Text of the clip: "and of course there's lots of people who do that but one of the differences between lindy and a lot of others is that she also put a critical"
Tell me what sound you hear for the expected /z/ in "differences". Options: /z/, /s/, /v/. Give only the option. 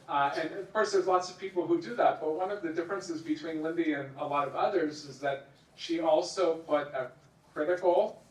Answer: /z/